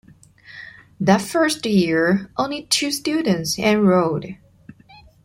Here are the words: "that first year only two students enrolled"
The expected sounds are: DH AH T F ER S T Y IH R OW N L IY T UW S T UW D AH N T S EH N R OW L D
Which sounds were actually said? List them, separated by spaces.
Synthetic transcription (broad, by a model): DH AH T F ER S T Y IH R OW N L IY T UW S T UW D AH N T S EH N R OW D